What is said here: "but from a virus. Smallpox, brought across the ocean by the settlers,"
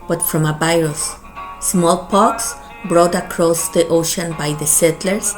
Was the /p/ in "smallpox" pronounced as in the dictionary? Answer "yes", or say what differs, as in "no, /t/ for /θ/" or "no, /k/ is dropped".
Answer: yes